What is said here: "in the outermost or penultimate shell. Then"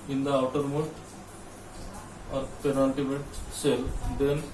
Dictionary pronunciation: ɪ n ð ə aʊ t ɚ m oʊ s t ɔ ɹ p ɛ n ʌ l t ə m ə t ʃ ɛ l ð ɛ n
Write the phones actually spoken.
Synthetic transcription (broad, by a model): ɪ n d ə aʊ t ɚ m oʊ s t ɔ ɹ p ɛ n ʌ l t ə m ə t s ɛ l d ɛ n